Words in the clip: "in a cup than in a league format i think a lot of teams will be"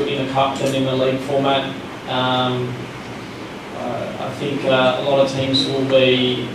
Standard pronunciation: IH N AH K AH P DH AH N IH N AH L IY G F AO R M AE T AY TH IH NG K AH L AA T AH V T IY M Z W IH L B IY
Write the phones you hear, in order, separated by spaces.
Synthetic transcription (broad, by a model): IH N AH K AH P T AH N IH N AH L IY G F AO R M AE T AY TH IH NG K AH L AA T AH V T IY M Z W IH L B IY